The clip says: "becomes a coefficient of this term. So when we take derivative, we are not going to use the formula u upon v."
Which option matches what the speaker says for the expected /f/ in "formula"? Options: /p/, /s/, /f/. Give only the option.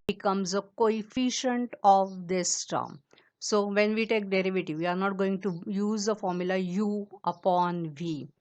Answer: /f/